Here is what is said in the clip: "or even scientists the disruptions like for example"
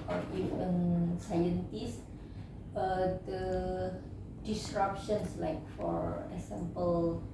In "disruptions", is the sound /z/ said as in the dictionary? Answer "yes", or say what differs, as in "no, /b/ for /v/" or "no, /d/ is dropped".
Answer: no, /s/ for /z/